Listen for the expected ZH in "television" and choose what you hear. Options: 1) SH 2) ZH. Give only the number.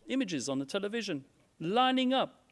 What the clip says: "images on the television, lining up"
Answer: 2